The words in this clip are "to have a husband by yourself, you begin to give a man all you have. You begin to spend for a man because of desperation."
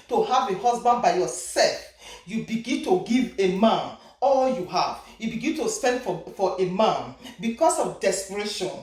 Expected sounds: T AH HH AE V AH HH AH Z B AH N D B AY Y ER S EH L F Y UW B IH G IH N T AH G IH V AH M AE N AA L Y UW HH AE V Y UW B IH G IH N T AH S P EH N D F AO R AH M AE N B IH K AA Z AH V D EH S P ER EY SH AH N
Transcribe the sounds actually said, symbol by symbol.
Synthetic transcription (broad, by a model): T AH HH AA V AH HH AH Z B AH N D B AY Y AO S EH L F Y UW B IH G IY N T AH G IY V AH M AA N AA L Y UW HH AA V Y UW B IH G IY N T AH S P EH N D F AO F AH M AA N B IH K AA S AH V D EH S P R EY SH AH N